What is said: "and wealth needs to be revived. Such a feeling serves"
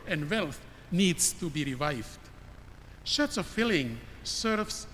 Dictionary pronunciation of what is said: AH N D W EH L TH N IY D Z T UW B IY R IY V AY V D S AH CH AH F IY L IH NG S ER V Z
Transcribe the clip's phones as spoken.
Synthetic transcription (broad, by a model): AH N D W EH L TH N IY D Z T UW B IY R IY V AY V D SH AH S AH F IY L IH NG S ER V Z